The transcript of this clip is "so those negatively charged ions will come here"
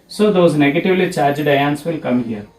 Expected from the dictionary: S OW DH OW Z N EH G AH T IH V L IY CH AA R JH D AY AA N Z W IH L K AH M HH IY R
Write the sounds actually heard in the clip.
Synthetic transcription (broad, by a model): S OW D OW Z N EH G AH T IH V L IY CH AA R JH D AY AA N S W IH L K AH M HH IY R